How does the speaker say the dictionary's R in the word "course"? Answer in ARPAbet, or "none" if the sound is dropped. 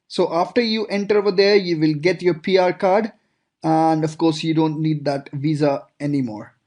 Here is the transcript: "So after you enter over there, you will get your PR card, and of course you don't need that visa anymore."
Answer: R